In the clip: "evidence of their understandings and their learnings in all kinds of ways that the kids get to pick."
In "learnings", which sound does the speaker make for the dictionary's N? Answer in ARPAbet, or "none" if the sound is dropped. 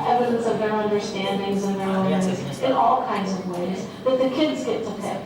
none